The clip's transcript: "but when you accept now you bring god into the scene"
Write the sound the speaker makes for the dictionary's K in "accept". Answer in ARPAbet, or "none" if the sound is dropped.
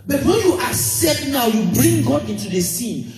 none